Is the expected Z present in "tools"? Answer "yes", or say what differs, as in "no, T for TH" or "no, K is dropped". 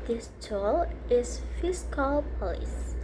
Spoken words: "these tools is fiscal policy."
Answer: no, Z is dropped